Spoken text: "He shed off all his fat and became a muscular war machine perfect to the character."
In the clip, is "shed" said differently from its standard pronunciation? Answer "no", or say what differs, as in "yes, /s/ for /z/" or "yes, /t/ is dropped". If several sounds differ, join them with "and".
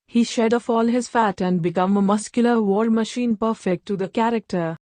no